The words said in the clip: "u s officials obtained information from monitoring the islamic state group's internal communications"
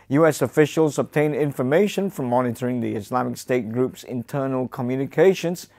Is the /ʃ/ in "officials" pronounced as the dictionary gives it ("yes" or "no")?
yes